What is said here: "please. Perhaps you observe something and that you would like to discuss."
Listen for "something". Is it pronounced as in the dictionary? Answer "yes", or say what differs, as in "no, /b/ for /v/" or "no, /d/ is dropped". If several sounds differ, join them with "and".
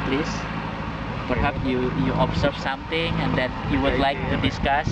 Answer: no, /t/ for /θ/